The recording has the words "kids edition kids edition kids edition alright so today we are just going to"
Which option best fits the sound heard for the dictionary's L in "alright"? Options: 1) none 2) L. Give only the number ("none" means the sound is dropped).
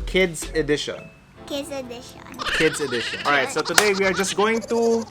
1